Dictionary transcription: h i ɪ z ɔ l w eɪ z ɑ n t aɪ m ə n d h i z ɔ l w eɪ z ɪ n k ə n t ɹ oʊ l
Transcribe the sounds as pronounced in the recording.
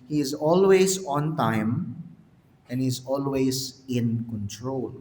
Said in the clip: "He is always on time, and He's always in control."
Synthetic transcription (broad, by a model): h i ɪ z ɔ l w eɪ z ɑ n t aɪ m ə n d h i z ɔ l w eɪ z ɪ n k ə n t ɹ oʊ l